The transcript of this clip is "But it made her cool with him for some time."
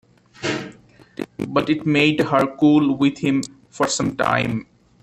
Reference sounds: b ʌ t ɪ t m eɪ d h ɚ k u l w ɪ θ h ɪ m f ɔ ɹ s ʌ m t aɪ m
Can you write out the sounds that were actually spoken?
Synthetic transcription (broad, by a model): b ʌ t ɪ t m eɪ d h ɚ k u l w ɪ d h ɪ m f ɔ ɹ s ʌ m t aɪ m